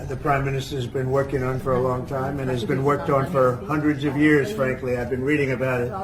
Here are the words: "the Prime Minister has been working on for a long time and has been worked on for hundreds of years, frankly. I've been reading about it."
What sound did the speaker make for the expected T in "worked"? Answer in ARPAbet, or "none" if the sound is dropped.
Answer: T